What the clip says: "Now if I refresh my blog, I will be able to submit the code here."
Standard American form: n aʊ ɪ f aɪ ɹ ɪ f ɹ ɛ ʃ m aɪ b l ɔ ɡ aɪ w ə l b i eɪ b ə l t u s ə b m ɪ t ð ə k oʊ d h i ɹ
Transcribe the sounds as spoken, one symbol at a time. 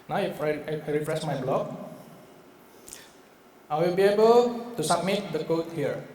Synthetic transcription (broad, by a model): n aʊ ɪ f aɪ ɹ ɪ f ɹ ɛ s m aɪ b l ɔ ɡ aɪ w ə l b i eɪ b ə l t u s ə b m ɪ t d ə k oʊ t h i ɹ